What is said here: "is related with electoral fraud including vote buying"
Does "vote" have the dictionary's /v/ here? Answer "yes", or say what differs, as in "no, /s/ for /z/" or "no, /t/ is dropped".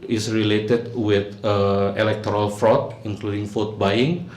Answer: no, /f/ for /v/